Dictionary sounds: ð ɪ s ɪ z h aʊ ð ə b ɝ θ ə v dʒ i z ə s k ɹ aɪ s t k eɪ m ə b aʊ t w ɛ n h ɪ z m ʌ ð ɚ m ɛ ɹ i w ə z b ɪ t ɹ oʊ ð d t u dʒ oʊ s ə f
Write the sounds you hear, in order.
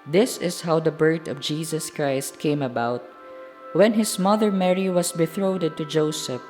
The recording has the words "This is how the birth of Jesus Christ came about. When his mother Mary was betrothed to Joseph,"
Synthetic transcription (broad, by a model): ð ɪ s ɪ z h aʊ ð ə b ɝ t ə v dʒ i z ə s k ɹ aɪ s t k eɪ m ə b aʊ t w ɛ n h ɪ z m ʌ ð ɚ m ɛ ɹ i w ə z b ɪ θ ɹ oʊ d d t u dʒ oʊ s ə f